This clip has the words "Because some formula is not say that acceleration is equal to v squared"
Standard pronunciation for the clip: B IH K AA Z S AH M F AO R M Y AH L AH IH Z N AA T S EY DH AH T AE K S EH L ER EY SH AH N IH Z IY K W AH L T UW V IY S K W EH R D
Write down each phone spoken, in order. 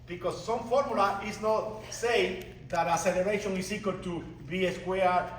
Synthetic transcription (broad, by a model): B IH K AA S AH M F AO R M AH L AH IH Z N AA T S EY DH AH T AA S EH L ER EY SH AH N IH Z IY K W AH L T UW B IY S K W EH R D